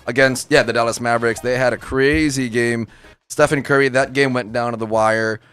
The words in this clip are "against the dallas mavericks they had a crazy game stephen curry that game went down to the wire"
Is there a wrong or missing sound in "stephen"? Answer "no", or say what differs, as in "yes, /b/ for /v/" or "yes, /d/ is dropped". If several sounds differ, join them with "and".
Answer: yes, /f/ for /v/